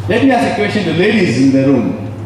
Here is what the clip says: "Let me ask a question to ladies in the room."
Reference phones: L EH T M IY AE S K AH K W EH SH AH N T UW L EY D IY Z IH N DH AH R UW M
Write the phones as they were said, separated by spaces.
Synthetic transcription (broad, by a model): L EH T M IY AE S AH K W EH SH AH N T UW L EY D IY Z IH N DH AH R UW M